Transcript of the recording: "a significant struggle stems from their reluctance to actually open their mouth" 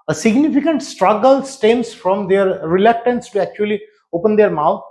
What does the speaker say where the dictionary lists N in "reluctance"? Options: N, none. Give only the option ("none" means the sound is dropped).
N